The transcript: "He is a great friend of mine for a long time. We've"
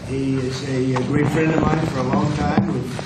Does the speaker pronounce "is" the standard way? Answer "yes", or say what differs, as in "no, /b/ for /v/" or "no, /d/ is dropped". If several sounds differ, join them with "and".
yes